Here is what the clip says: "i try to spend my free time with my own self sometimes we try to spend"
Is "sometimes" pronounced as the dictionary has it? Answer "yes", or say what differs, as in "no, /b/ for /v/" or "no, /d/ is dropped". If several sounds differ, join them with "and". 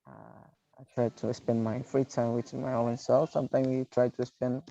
no, /z/ is dropped